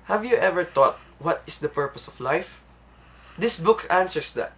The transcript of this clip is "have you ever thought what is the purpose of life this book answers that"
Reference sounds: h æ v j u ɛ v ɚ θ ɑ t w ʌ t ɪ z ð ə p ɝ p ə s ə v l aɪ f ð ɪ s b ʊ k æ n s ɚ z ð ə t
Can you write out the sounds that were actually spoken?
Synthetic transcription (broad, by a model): h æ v j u ɛ v ɚ t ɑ t w ʌ t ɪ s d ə p ɝ p ə s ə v l aɪ f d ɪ s b ʊ k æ n s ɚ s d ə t